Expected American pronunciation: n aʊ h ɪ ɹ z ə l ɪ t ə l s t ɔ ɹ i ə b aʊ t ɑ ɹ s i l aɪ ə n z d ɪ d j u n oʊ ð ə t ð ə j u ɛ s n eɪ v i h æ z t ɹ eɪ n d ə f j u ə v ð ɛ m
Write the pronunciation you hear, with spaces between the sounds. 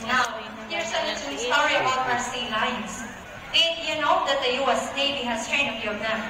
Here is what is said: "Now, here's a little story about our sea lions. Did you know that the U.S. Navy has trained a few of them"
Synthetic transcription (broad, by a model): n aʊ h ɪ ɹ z ə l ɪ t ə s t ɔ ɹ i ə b aʊ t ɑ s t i l aɪ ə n s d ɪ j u n oʊ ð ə t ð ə j u ɛ s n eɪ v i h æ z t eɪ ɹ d ə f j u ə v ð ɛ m